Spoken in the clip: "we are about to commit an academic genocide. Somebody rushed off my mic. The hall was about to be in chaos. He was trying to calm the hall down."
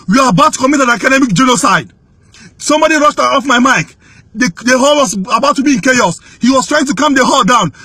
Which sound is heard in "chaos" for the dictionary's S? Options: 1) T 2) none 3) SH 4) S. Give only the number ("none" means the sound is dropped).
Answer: 4